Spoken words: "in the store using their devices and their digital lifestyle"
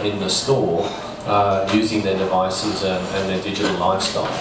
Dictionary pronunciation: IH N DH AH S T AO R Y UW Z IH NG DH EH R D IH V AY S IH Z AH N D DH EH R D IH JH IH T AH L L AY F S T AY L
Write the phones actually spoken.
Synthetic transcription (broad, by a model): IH N DH AH S T AO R Y UW Z IH NG DH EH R D IH V AY S IH Z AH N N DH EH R D IH JH IH T AH L L AY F S T AY L